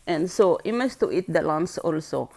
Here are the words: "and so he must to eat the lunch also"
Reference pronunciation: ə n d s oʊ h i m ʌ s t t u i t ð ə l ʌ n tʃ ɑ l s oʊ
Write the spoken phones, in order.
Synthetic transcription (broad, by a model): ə n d s oʊ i m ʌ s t t u i t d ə l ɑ n s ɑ l s oʊ